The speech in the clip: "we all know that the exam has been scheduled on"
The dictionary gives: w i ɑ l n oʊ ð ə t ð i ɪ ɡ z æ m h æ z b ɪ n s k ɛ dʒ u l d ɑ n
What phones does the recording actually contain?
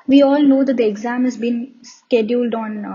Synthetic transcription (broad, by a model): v i ɑ l n oʊ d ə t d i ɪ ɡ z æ m h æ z b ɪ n s k ɛ dʒ u l d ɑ n